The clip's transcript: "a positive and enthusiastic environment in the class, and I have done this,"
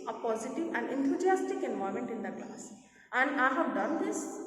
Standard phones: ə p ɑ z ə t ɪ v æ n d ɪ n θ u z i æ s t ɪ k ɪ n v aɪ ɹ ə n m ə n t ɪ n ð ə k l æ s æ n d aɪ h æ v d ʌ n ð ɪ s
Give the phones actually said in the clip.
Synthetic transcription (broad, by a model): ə p ɑ z ə t ɪ v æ n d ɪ n t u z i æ s t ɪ k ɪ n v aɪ ə m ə n t ɪ n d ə k l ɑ s æ n d aɪ h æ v d ʌ n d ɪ s